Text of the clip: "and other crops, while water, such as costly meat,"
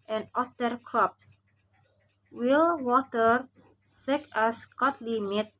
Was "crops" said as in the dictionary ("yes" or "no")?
yes